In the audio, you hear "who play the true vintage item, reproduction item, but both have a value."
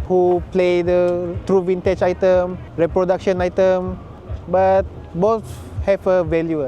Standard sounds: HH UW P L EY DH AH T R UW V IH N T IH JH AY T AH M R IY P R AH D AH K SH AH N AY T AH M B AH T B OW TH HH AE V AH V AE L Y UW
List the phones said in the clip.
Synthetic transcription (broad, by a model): HH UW P L EY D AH T R UW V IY N T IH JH AY T AH M R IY P R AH D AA K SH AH N AY T AH M B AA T B OW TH HH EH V AH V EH L Y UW